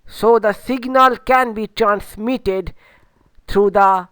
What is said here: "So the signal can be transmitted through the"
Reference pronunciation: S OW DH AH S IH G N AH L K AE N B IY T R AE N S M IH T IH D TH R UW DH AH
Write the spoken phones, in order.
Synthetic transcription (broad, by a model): S OW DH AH S IH G N AH L K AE N B IY T R AE N S M IH T IH D T R UW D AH